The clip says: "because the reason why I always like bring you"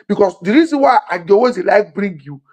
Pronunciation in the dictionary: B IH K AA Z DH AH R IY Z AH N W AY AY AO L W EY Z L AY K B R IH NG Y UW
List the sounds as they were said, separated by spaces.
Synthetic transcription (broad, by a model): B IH K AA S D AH R IY Z AH N W AY AY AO W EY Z L AY K B R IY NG Y UW